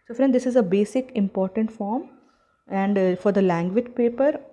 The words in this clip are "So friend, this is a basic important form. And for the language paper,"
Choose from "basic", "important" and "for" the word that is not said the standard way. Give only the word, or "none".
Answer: none